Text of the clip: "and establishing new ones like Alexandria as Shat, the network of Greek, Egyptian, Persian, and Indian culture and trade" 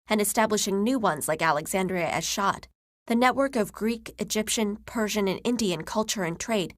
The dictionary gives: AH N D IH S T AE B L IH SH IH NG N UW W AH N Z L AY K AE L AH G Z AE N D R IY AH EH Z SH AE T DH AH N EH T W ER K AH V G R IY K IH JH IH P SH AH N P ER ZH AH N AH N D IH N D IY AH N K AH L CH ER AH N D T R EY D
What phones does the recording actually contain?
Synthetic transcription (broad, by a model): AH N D IH S T AE B L IH SH IH NG N UW W AH N Z L AY K AE L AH G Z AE N D R IY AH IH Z SH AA T DH AH N EH T W ER K AH V G R IY K IH JH IH P SH AH N P ER ZH AH N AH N IH N D IY AH N K AH L CH ER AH N T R EY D